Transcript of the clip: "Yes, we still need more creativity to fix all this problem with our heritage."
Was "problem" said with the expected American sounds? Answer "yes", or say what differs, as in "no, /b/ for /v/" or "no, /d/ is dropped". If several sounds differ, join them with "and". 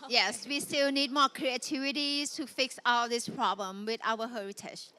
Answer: yes